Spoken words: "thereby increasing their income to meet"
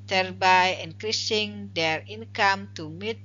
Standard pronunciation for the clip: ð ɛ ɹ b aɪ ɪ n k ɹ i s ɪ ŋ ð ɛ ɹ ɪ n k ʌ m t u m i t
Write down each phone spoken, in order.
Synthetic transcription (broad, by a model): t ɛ ɹ b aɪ ɪ n k ɹ i s ɪ ŋ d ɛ ɹ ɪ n k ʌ m t u m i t